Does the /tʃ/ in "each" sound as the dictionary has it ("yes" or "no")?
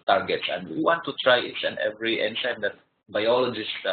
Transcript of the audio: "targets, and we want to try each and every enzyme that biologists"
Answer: no